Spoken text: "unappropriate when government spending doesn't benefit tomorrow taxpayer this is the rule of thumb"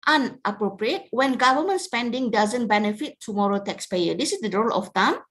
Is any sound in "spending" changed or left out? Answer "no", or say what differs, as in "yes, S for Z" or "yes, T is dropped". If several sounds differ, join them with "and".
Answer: no